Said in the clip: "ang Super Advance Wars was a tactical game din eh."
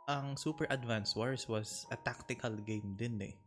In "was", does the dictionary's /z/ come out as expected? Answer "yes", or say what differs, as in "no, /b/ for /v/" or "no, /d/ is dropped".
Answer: no, /s/ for /z/